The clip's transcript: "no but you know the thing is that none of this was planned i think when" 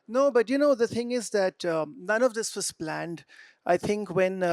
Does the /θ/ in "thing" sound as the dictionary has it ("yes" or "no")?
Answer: yes